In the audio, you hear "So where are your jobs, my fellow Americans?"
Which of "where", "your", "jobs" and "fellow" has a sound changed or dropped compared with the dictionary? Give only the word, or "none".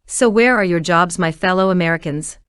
none